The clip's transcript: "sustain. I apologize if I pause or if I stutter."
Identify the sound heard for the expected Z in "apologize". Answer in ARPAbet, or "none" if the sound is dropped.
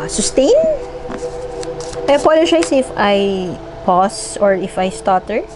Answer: S